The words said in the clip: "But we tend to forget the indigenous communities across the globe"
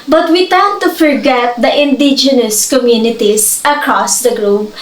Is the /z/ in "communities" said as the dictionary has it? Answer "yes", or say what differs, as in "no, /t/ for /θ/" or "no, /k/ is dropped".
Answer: no, /s/ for /z/